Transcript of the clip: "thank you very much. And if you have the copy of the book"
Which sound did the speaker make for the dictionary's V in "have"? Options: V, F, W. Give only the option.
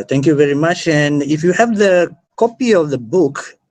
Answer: V